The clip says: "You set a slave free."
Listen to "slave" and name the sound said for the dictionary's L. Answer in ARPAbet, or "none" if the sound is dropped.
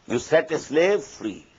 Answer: L